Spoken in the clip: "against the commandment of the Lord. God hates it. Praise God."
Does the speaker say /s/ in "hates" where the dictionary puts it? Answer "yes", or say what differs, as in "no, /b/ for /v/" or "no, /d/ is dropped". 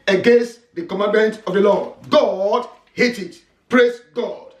no, /s/ is dropped